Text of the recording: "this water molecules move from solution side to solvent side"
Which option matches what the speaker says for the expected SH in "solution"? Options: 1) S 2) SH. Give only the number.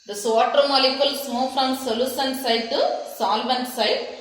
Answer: 1